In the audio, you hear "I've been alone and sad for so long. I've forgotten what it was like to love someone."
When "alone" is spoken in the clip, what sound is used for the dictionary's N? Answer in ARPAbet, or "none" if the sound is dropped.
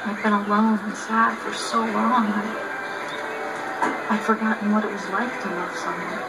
none